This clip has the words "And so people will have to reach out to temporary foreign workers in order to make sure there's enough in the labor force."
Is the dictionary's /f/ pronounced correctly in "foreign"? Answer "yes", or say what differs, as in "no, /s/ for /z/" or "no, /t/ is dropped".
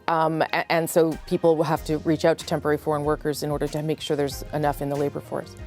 yes